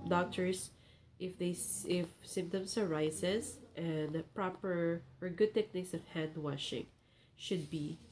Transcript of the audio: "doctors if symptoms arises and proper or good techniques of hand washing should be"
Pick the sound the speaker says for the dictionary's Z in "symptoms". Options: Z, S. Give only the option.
S